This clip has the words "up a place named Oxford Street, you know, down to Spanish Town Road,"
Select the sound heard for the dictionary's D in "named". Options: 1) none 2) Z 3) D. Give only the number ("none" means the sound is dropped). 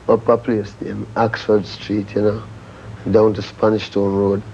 1